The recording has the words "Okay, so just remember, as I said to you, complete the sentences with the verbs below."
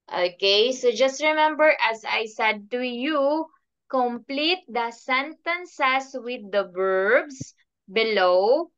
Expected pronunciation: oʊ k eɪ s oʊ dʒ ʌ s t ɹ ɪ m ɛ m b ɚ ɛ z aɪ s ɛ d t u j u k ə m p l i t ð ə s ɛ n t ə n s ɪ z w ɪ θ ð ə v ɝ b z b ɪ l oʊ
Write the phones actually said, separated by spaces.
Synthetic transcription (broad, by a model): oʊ k eɪ s oʊ dʒ ʌ s t ɹ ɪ m ɛ m b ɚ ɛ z aɪ s ɛ d t u j u k ə m p l i t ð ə s ɛ n t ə n s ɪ s w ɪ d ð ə b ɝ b s b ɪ l oʊ